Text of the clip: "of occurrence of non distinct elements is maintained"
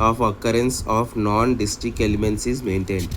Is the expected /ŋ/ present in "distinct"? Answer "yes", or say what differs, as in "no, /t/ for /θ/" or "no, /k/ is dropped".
no, /ŋ/ is dropped